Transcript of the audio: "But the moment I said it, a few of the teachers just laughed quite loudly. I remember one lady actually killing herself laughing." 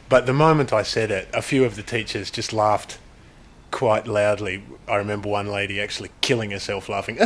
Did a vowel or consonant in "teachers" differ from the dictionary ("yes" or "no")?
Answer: no